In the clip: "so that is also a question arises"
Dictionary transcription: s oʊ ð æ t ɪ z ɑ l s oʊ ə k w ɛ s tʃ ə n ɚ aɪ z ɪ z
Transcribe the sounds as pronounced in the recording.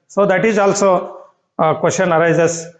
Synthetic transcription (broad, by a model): s oʊ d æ t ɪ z ɑ l s oʊ k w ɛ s ʃ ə n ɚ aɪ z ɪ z